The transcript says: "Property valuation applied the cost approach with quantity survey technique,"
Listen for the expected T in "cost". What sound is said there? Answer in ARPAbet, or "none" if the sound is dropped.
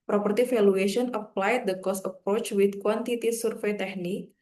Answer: none